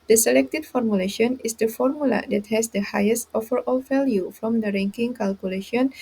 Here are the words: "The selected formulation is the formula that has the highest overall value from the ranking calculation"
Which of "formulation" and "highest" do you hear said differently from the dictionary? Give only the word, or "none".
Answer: none